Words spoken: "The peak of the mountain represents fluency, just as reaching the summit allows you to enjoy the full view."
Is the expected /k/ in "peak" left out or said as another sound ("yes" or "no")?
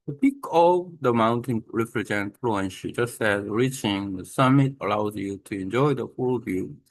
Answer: no